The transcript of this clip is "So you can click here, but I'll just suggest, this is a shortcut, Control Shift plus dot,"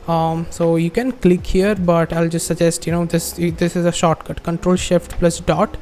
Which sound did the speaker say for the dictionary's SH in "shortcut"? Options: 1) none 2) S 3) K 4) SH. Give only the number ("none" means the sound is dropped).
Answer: 4